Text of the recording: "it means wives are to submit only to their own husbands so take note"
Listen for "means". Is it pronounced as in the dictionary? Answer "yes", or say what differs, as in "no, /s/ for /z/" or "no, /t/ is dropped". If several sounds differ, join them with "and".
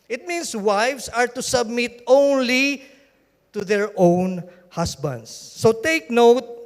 no, /s/ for /z/